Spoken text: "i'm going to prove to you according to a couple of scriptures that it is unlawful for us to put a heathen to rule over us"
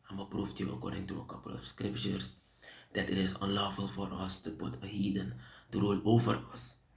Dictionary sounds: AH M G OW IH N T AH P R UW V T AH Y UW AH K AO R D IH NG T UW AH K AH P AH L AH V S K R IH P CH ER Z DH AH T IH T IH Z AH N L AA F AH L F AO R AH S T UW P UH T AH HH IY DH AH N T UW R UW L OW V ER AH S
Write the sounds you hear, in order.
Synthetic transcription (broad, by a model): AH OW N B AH P R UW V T Y UW AH K AO R D IH NG T UW AH K AH P AH L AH F S K R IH P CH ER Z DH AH T IH T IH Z AH N L AA F AH L F AO R AH S T UW P UH T AH HH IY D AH N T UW R UW L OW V ER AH S